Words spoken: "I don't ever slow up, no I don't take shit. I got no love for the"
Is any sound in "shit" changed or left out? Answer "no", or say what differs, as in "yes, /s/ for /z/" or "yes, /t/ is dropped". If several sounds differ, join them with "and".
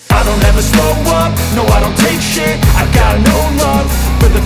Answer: yes, /t/ is dropped